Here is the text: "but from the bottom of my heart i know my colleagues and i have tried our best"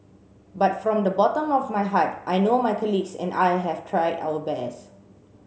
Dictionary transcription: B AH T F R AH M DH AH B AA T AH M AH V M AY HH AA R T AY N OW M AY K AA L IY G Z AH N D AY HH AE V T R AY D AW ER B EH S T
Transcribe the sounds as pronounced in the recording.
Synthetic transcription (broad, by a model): B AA T F R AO M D AH B AA T AH M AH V M AY HH AA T T AY N OW M AY K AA L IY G S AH N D AY HH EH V T R AY D AW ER B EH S